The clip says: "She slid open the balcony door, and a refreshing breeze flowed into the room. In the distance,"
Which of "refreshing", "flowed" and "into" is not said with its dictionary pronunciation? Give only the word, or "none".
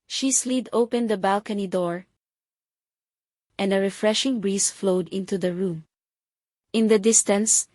none